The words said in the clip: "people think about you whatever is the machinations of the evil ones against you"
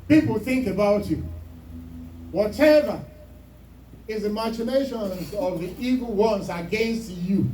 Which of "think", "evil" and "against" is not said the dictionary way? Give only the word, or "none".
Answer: none